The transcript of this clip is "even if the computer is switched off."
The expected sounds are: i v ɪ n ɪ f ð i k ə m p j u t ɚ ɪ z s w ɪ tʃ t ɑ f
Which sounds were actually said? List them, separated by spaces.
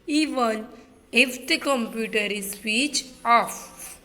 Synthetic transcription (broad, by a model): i v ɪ n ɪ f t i k ə m p j u t ɚ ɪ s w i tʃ ɑ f